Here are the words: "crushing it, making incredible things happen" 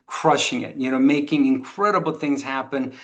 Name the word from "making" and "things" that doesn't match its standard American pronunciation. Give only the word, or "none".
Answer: none